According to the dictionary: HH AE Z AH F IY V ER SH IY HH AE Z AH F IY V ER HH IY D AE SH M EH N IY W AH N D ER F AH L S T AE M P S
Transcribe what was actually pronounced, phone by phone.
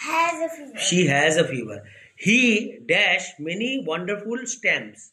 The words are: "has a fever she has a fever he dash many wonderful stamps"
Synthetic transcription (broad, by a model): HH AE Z AH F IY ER SH IY HH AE Z AH F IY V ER HH IY D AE SH M EH N IY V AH N D ER F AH L S T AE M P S